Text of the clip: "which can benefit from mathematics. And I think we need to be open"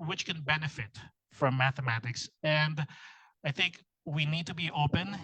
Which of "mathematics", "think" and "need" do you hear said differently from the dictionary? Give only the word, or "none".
none